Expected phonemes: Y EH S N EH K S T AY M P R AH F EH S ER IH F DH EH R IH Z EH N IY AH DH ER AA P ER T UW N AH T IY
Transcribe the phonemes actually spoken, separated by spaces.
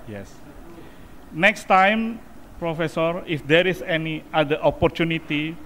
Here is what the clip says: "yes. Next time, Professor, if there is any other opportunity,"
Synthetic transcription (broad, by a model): Y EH S N EH K S T AY M P R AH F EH S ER IH F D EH R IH S EH N IY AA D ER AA P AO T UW N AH T IY